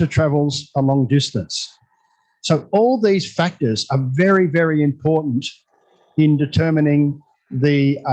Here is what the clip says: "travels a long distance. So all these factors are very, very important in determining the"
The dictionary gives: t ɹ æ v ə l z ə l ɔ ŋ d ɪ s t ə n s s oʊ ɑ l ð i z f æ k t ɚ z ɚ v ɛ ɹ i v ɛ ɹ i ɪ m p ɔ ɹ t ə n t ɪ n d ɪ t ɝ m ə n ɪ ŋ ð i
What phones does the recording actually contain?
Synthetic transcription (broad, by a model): t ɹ æ v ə l z ə l ɔ ŋ d ɪ s t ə n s s oʊ ɑ l ð i z f æ k t ɚ z ɚ v ɛ ɹ i v ɛ ɹ i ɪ m p ɔ ɹ t n t ɪ n d ɪ t ɝ m ə n ɪ ŋ ð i